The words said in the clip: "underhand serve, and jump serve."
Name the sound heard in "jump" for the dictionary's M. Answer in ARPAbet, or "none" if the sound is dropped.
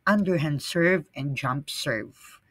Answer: M